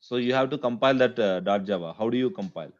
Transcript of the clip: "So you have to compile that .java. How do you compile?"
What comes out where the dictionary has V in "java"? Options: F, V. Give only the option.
V